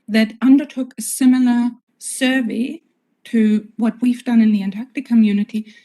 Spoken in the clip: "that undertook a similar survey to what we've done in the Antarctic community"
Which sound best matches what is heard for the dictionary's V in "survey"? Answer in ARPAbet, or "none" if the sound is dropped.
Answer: V